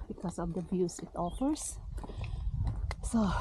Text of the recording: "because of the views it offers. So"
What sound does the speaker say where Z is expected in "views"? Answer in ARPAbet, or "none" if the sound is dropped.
S